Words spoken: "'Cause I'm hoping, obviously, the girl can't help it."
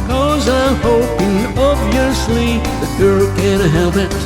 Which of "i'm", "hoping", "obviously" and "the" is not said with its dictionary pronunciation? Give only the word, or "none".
obviously